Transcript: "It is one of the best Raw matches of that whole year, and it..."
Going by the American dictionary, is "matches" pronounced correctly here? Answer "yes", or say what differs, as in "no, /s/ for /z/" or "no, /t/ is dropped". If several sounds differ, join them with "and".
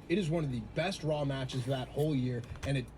yes